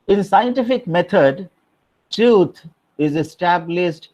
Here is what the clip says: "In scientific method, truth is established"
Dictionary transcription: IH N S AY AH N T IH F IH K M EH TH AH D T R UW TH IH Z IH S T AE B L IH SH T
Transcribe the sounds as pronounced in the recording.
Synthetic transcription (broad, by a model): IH N S AY AH N T IH F IH K M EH T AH D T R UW T IH Z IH S T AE B L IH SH T